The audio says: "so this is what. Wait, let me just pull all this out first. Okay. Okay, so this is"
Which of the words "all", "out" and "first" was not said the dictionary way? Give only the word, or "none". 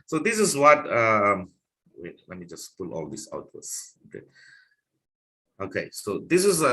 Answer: first